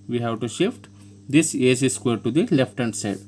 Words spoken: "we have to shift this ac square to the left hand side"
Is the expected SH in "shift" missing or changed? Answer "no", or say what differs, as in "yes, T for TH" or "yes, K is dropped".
no